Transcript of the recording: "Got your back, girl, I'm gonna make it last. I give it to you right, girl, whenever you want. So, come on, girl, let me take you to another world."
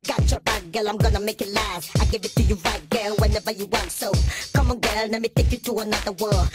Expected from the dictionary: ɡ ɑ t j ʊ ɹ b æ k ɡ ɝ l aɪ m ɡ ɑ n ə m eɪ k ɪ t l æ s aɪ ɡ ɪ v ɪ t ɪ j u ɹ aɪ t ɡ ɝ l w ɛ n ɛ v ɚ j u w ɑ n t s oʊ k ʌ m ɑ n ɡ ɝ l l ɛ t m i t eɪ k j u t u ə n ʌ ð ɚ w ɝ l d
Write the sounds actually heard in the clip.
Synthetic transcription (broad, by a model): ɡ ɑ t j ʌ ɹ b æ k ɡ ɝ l aɪ m ɡ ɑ n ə m eɪ k ɪ t l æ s aɪ ɡ ɪ v ɪ t ɪ j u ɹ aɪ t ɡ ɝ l w ɛ n ɛ v ɚ j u w ɑ n t s oʊ k ʌ m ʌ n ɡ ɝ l n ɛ m i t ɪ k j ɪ t u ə n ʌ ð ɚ w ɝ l